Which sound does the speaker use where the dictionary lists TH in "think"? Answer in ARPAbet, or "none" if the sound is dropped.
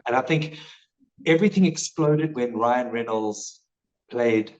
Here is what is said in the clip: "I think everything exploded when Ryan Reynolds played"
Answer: TH